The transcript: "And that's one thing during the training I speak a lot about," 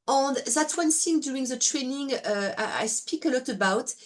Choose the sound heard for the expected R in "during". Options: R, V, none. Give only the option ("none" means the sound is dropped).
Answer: none